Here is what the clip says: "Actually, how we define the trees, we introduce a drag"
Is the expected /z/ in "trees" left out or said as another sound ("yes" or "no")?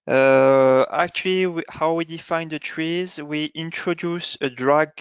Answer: no